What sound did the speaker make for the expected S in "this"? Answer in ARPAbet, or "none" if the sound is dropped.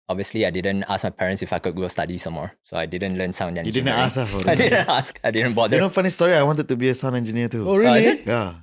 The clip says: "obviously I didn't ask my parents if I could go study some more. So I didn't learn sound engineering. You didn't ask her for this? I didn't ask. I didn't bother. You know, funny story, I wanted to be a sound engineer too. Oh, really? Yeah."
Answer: none